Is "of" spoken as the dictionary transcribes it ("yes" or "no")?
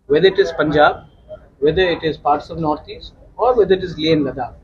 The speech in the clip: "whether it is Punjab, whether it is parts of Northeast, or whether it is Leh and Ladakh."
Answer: yes